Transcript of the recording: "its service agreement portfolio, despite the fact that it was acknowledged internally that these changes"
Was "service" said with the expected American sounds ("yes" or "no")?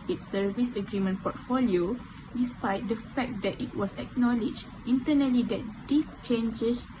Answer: yes